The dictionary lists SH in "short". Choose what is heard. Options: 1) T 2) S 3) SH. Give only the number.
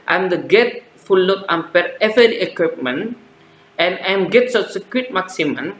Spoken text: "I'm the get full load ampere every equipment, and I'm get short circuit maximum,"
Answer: 2